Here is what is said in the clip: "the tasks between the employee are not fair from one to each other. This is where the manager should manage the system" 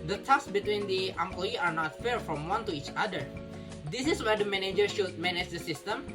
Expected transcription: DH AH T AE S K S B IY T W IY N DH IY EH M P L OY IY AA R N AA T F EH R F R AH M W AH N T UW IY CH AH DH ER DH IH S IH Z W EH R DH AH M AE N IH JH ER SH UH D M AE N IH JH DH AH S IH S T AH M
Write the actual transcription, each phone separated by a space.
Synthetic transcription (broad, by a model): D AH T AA K S B IY T W IY N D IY EH M P L OY IY AA R N AA T F EH R F R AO M W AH N T UW IY CH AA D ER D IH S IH S W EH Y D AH M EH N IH JH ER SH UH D M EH N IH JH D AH S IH S T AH M